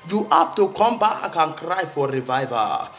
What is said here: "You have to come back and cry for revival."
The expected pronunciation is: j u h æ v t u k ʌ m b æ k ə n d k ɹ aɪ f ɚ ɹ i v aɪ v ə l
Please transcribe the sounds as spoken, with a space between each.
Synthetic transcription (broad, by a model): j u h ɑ p t u k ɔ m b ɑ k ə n k ɹ aɪ f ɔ ɹ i v aɪ v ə